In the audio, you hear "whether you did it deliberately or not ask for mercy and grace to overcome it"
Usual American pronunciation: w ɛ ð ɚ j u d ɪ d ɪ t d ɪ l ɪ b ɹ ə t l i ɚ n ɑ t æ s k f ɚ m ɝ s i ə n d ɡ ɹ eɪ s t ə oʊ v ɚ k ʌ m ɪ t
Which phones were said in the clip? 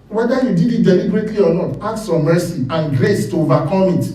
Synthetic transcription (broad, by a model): w ɛ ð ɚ j u d ɪ d ɪ t d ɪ l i b ɹ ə t l i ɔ n ɑ t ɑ k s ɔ m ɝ s i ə n ɡ ɹ eɪ s t ə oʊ v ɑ k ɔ m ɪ t